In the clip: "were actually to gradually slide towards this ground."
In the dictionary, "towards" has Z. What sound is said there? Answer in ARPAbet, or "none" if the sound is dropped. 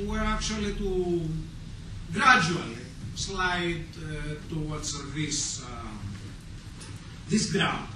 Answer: S